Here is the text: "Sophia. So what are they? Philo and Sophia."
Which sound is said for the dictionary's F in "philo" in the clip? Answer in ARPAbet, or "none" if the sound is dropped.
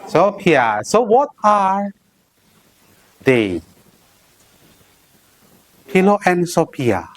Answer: P